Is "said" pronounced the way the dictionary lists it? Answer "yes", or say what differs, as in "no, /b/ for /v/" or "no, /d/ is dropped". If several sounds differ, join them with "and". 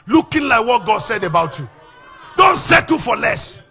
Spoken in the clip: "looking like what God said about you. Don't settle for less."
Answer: yes